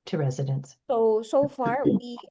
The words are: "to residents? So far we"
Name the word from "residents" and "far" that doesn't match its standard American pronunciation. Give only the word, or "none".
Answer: residents